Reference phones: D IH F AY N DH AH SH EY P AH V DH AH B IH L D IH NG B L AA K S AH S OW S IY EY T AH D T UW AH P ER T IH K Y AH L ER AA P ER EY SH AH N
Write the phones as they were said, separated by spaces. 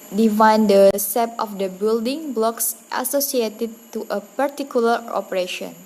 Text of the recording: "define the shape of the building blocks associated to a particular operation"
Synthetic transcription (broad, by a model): D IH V AY N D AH S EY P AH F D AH B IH L D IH NG B L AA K S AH S OW S IY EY T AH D T UW AH P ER T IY K Y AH L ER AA P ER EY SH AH N